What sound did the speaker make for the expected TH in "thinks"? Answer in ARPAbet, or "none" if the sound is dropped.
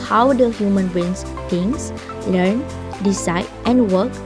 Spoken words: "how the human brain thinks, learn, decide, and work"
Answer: S